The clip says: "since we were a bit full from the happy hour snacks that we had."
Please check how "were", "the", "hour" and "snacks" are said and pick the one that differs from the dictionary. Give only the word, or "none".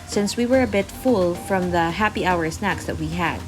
none